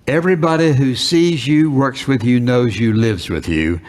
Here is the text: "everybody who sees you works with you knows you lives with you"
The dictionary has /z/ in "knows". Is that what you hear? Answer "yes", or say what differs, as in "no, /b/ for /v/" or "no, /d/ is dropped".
yes